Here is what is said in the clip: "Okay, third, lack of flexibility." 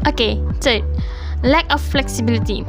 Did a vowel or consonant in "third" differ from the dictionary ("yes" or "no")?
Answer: yes